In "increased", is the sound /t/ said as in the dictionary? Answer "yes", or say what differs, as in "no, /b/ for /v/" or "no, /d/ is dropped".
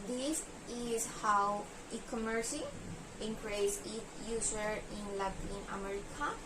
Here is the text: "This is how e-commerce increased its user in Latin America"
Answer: no, /t/ is dropped